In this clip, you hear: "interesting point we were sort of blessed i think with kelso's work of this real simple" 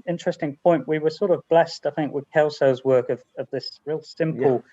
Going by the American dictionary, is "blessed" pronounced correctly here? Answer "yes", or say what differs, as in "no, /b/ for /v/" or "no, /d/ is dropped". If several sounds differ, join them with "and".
yes